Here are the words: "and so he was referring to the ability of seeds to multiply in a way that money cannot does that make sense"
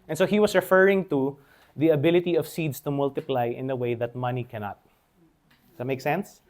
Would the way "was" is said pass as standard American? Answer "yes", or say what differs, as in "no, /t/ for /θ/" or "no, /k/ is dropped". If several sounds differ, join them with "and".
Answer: no, /s/ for /z/